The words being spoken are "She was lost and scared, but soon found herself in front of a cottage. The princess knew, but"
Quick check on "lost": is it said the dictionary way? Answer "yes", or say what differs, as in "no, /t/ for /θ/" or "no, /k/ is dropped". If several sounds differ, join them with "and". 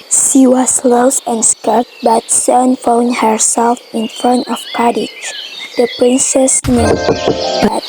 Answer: no, /t/ is dropped